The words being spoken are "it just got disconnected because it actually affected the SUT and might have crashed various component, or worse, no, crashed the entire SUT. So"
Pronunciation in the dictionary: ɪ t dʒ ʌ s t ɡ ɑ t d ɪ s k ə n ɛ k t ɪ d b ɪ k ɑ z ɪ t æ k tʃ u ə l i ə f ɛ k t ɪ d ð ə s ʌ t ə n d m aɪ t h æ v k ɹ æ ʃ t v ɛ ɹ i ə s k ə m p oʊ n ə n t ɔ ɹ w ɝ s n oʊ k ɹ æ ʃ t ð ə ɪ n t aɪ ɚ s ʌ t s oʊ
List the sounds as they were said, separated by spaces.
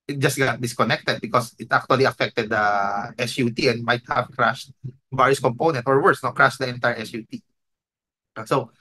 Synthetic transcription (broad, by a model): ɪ t dʒ ʌ s t ɡ ɑ t d ɪ s k ə n ɛ k t ɪ d b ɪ k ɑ s ɪ t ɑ k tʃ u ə l i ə f ɛ k t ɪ d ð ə s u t ə n d m aɪ t h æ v k ɹ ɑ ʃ t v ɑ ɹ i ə s k ə m p oʊ n ə n t ɔ ɹ w ɝ s n oʊ k ɹ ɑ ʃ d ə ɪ n t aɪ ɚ s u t s oʊ